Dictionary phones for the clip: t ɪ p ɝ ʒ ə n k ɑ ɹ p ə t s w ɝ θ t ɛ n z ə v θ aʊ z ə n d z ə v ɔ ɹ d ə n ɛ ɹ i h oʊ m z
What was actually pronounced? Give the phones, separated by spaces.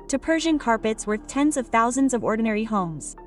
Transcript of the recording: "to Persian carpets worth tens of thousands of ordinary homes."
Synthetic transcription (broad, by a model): t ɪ p ɝ ʒ ə n k ɑ ɹ p ə t s w ɝ θ t ɛ n z ə v θ aʊ z ə n d z ə v ɔ ɹ d n ɛ ɹ i h oʊ m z